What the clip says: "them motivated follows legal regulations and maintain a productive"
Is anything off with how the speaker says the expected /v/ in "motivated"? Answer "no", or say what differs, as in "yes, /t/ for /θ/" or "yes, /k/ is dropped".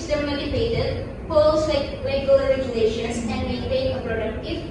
yes, /p/ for /v/